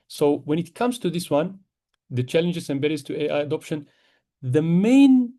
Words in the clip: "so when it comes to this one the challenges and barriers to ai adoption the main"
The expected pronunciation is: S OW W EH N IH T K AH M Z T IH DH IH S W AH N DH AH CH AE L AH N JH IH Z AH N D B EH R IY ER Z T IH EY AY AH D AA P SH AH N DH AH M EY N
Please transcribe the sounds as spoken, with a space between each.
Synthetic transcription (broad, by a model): S OW W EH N IH T K AH M Z T IH DH IH S W AH N DH AH CH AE L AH N JH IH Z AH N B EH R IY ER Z T IH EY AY AH D AA P SH AH N DH AH M EY N